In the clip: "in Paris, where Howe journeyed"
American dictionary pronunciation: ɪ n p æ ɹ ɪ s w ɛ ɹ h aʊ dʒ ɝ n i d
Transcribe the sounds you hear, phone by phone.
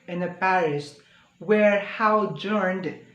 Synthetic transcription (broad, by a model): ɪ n p æ ɹ ɪ s w ɛ ɹ h aʊ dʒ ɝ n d